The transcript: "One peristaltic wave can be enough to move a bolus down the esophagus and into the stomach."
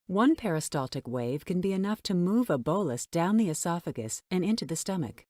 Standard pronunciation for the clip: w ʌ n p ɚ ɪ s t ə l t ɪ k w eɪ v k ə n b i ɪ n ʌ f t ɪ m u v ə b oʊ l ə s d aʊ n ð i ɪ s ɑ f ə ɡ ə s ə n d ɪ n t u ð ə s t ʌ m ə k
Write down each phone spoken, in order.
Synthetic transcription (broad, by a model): w ʌ n p ɚ ɪ s t ə l t ɪ k w eɪ v k ə n b i ɪ n ʌ f t ɪ m u v ə b oʊ l ə s d aʊ n ð i ɪ s ɑ f ə ɡ ə s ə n ɪ n t u ð ə s t ʌ m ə k